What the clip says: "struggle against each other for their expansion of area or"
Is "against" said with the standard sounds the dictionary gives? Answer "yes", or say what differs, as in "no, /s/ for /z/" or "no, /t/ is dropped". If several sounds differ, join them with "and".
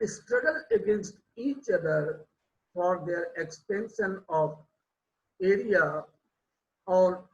yes